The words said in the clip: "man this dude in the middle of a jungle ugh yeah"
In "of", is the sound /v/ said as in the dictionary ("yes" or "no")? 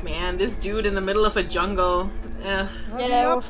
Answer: yes